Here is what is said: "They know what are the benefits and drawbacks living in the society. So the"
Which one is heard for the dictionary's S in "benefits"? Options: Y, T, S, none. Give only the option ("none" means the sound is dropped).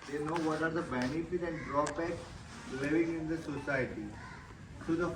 none